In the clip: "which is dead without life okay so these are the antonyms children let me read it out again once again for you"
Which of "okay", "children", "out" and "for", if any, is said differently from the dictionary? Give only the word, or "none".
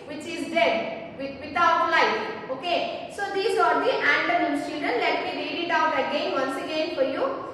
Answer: children